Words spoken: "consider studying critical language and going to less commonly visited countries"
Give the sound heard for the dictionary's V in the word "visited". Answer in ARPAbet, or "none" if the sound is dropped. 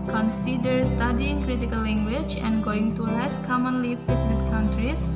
F